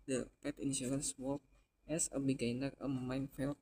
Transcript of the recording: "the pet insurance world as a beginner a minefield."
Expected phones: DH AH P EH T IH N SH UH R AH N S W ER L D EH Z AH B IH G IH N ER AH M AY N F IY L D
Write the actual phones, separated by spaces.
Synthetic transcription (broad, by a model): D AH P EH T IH N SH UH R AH N S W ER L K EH S AH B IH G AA N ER AH M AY N F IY L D